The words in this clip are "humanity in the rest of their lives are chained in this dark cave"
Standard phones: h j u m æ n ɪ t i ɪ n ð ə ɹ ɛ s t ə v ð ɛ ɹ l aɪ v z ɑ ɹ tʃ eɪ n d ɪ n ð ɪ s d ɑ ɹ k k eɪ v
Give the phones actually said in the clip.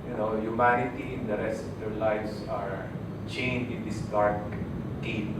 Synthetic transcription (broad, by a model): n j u m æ n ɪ t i ɪ n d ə ɹ ɛ s t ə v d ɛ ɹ l aɪ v s ɑ ɹ tʃ eɪ n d ɪ n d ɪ s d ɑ ɹ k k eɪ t